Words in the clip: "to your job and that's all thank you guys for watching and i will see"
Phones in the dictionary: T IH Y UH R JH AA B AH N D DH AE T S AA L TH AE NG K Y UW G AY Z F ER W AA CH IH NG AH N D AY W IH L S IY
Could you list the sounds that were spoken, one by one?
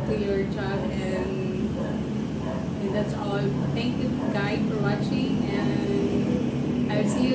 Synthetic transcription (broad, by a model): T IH Y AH R JH AA B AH N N DH AE T S AA L TH AE NG K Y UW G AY F ER W AA CH IH NG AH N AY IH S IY